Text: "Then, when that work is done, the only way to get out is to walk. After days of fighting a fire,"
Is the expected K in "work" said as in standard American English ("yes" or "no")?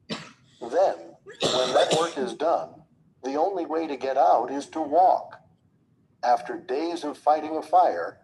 yes